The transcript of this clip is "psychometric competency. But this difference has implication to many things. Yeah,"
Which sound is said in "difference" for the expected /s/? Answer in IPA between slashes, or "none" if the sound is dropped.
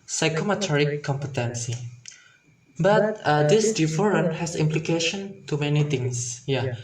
none